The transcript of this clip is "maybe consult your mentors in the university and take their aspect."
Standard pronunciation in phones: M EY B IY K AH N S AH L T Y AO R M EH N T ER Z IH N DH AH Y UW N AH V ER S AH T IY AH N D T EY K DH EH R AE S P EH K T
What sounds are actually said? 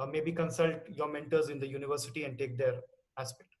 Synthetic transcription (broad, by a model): M EY B IY K AH N S AH L T Y AO R M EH N T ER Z IH N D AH Y UW N AH V ER S AH T IY AH N D T EY K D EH R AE S P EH K T